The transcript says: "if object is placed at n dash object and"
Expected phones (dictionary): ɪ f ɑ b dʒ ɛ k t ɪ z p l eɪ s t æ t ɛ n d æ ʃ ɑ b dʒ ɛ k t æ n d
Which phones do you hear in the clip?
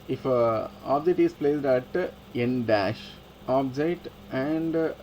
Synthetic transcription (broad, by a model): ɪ f ɑ b dʒ ɛ k t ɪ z p l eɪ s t æ t ɛ n d æ ʃ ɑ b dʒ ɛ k t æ n d